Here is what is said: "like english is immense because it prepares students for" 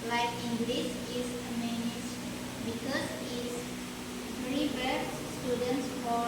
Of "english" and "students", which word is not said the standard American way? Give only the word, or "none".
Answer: english